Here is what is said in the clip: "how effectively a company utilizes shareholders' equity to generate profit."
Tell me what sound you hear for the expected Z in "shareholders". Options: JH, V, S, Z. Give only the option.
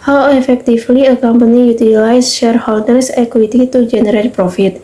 S